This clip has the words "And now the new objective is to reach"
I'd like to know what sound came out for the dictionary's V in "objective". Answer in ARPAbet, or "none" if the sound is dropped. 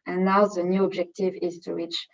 V